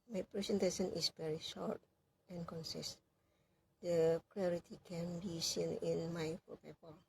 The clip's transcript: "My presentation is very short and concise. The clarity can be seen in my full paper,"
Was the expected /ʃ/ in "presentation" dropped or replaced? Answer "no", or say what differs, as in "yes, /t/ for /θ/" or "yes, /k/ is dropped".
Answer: yes, /s/ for /ʃ/